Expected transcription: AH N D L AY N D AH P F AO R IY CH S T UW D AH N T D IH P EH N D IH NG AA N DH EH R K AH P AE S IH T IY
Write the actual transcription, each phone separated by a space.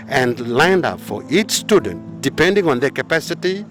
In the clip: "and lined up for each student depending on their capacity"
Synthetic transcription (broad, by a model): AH N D L AY N D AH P F AO R IY CH S T UW D AH N T D IH P EH N D IH NG AA N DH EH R K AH P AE S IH T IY